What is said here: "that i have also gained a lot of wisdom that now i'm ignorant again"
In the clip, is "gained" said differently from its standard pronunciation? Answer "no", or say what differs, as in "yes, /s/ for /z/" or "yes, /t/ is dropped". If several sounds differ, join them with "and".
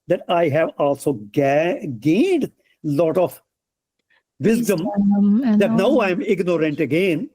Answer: no